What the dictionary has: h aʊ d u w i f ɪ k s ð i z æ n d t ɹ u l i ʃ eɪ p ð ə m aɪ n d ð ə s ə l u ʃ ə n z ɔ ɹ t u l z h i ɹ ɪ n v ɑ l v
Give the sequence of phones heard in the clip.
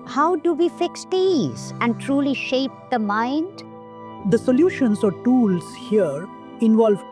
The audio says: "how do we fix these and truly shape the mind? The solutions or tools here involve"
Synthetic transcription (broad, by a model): h aʊ d u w i f ɪ k s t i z æ n d t ɹ u l i ʃ eɪ p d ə m aɪ n d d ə s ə l u ʃ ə n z ɔ ɹ t u l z h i ɹ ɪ n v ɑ l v